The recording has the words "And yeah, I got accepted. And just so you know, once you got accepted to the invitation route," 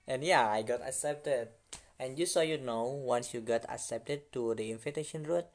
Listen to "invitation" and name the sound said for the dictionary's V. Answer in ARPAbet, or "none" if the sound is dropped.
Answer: F